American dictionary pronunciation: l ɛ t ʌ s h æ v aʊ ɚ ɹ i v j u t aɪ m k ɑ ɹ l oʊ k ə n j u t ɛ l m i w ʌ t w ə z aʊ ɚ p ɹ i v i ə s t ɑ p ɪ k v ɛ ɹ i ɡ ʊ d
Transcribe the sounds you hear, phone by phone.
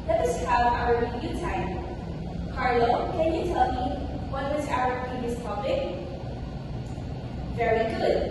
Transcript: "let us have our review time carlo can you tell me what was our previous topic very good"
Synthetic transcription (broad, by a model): l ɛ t ʌ s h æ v aʊ ɚ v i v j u t aɪ m k ɑ ɹ l oʊ k ə n j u t ɛ l m i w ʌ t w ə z aʊ ɚ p i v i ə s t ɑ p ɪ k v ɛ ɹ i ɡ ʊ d